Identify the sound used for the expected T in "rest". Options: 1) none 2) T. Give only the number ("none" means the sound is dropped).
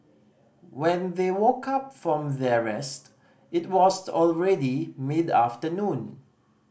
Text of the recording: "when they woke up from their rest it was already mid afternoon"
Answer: 2